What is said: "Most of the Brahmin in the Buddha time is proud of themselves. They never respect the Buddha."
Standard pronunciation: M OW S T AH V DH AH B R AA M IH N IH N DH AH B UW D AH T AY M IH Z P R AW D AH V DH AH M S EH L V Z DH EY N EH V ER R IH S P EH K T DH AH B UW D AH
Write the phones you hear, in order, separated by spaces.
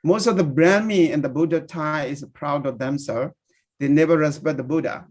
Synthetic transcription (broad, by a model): M OW S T AH V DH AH B R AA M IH IH N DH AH B UW D AH T AY IH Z P R AW D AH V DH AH M S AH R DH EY N EH V ER R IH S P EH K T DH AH B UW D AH